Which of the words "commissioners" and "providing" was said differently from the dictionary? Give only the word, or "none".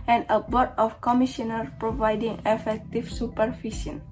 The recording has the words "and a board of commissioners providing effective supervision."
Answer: commissioners